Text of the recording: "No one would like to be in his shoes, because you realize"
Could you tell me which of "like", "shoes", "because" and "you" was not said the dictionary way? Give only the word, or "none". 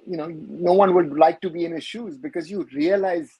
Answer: none